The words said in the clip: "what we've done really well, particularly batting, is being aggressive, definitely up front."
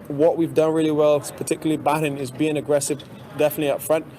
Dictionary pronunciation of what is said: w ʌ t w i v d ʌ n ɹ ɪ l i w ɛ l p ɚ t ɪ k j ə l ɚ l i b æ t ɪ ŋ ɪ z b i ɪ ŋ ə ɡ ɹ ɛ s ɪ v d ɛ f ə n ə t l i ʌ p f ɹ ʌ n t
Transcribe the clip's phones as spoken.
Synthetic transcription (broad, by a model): w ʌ t w i v d ʌ n ɹ ɪ l i w ɛ l p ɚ t ɪ k j l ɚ l i b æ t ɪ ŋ ɪ z b i ɪ ŋ ə ɡ ɹ ɛ s ɪ v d ɛ f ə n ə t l i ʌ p f ɹ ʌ n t